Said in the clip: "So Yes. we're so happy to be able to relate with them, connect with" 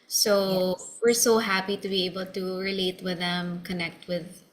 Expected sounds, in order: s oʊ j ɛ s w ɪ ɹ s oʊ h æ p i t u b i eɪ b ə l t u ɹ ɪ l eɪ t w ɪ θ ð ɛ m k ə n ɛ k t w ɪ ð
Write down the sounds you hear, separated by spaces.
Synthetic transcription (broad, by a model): s oʊ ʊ w ɪ ɹ s oʊ h æ p i t u b i eɪ b ə l t u ɹ ɪ l eɪ t w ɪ ð ɛ m k ə n ɛ k t w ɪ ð